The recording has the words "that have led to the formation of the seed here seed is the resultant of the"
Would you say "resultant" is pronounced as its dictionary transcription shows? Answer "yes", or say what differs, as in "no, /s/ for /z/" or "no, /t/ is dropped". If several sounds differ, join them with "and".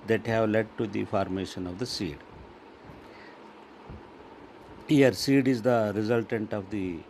yes